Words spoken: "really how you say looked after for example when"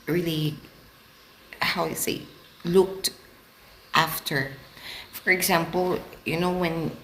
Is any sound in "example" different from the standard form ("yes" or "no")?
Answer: yes